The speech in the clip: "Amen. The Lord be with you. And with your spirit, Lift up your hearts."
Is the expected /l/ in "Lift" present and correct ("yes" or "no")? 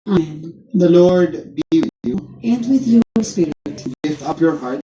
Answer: no